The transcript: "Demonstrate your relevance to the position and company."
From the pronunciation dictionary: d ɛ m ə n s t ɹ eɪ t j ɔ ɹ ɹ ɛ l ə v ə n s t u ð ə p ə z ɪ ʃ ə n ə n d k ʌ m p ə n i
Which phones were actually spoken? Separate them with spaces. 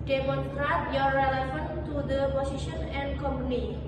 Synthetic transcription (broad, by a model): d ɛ m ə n s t ɹ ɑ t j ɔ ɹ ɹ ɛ l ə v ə n t u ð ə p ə s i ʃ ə n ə n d k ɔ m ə n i